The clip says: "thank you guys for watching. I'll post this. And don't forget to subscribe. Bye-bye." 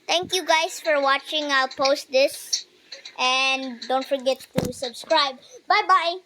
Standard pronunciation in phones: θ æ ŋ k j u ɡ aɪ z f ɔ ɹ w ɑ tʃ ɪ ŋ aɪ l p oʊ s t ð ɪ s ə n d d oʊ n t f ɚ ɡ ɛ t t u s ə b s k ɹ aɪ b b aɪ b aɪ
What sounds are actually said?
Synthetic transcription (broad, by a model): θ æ ŋ k j u ɡ aɪ s f ɔ ɹ w ɑ tʃ ɪ ŋ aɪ p oʊ s t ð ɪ s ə n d d oʊ n t f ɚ ɡ ɛ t t u s ə b s k ɹ aɪ b b aɪ b aɪ